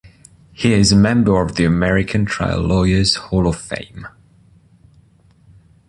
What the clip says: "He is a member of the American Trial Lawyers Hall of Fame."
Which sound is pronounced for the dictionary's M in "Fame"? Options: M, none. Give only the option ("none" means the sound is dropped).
M